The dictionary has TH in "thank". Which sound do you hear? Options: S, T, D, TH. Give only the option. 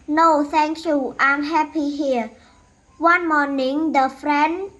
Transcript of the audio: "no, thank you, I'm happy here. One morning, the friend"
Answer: S